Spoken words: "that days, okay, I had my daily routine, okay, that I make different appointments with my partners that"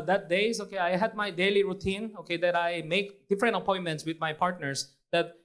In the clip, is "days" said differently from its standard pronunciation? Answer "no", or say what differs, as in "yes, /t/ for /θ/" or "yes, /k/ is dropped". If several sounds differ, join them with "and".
yes, /s/ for /z/